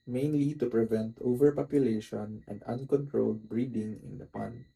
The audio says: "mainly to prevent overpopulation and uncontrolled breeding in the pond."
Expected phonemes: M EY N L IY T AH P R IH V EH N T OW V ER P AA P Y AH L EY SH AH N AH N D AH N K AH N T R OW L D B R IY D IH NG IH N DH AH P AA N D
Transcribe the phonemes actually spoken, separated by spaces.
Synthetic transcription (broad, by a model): M EY N L IY T AH P R IH V EH N T OW V ER P AA P Y AH L EY SH AH N AH N D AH N K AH N T R OW L D B R IY D IH NG IH N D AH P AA N